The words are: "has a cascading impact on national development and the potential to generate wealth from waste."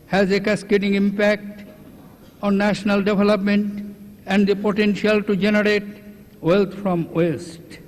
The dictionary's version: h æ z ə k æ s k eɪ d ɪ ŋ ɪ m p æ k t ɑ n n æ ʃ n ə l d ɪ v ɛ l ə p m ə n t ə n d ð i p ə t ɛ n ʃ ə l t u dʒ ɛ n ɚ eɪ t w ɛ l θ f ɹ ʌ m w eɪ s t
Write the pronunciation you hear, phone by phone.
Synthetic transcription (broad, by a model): h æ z ə k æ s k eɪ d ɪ ŋ ɪ m p æ k t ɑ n n æ ʃ n ə l d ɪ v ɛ l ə p m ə n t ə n d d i p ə t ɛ n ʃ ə l t u dʒ ɛ n ɚ eɪ t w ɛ l t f ɹ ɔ m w eɪ s t